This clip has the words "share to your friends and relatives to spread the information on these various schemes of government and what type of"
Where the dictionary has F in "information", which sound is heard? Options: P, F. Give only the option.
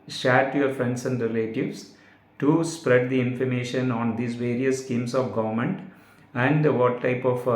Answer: F